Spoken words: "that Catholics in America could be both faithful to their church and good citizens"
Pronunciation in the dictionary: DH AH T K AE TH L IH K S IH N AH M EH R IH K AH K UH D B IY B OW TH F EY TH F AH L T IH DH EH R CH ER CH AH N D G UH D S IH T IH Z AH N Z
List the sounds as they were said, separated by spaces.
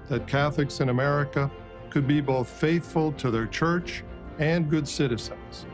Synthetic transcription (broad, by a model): DH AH T K AE TH L IH K S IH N AH M EH R IH K AH K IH D B IY B OW TH F EY TH F AH L T IH DH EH R CH ER CH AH N G UH D S IH T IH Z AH N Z